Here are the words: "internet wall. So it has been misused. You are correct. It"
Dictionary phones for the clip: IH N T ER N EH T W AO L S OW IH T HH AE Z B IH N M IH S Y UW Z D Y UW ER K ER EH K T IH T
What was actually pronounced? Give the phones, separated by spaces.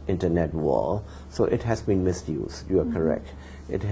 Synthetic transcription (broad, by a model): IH N T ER N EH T W AO L S OW IH T HH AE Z B IH N M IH S Y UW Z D Y UW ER K ER EH K T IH T